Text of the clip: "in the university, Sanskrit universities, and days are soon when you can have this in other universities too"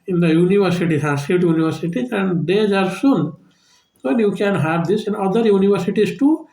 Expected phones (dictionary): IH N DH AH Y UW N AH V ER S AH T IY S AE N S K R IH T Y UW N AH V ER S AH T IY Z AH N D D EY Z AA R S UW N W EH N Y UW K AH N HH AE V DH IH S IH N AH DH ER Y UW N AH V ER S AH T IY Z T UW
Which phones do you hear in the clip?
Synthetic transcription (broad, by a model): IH N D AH Y UW N AH V ER S AH T IY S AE S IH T Y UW N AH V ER S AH T IY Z AH N D D EY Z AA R S UW N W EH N Y UW K AH N HH AE V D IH S IH N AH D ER Y UW N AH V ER S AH T IY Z T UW